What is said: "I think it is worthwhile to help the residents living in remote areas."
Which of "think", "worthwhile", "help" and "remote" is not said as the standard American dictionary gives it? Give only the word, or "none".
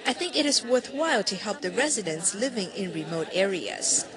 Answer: none